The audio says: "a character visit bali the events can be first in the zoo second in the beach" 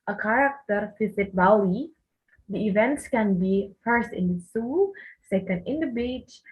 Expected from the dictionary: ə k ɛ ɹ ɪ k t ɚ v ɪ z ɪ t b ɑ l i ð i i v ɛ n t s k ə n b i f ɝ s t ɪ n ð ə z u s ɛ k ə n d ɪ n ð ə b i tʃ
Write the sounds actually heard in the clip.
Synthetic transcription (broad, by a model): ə k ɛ ɹ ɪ k t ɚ f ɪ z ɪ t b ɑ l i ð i i v ɛ n t s k ə n b i f ɝ s t ɪ n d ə s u s ɛ k ə n d ɪ n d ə b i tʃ